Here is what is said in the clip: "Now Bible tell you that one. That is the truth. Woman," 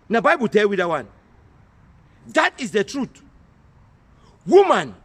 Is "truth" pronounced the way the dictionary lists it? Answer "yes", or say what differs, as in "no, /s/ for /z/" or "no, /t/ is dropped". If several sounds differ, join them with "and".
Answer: no, /t/ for /θ/